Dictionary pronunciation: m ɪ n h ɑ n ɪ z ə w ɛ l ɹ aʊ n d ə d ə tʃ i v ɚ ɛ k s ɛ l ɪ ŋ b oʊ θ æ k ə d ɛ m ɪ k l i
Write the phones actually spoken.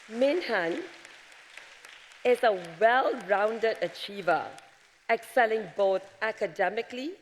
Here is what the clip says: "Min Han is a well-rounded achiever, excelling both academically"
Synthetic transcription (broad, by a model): m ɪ n h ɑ n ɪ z ə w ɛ l ɹ aʊ n d ə d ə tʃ i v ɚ ɛ k s ɛ l ɪ ŋ b oʊ t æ k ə d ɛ m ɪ k l i